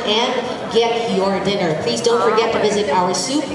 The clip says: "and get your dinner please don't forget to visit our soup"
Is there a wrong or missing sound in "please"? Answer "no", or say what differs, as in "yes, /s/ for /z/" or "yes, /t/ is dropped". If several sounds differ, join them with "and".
no